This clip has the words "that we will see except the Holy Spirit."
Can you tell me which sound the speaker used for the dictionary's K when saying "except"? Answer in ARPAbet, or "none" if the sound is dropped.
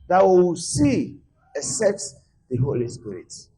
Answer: none